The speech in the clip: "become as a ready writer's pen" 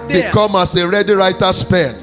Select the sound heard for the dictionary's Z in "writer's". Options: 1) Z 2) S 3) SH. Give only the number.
2